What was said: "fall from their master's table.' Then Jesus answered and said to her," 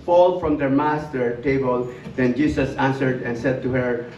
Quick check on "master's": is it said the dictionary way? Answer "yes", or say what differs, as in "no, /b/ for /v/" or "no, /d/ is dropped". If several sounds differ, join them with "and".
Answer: no, /z/ is dropped